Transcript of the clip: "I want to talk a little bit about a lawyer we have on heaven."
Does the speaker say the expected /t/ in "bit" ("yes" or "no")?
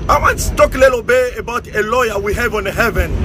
no